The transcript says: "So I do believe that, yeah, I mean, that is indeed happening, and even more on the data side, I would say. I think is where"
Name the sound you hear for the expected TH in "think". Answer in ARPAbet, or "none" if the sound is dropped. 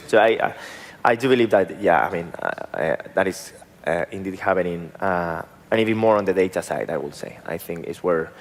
TH